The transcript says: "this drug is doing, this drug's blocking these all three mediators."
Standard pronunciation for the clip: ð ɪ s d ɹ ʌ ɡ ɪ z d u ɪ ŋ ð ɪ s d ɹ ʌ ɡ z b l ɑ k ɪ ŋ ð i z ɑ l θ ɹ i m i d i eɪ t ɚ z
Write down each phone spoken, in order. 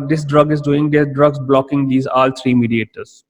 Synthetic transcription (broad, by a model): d ɪ s d ɹ ʌ ɡ ɪ z d u ɪ ŋ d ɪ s d ɹ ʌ ɡ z b l ɑ k ɪ ŋ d i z ɑ l t ɹ i m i d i eɪ t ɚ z